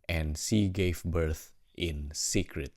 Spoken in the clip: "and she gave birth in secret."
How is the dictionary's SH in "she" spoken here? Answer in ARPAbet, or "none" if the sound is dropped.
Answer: S